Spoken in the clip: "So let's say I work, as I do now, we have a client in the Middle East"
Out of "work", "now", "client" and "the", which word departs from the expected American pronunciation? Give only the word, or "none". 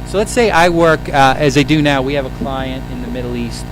none